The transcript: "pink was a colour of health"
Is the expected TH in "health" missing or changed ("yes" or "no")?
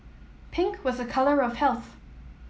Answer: no